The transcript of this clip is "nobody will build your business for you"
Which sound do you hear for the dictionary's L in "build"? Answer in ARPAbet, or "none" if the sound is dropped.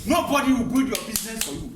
none